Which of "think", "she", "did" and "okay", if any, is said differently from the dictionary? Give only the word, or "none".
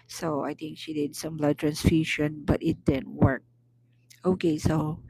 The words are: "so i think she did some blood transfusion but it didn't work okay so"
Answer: think